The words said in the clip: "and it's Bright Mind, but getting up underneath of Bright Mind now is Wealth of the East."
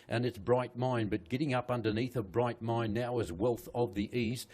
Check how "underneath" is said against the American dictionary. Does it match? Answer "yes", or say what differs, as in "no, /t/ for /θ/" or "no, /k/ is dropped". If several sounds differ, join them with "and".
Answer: yes